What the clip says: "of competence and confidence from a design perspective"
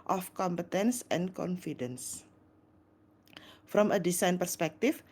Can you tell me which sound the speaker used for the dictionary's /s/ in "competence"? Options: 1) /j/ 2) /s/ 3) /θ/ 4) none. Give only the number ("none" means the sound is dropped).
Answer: 2